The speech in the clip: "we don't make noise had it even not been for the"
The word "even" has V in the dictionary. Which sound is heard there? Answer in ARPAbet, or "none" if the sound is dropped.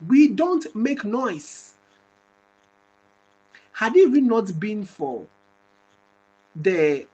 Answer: W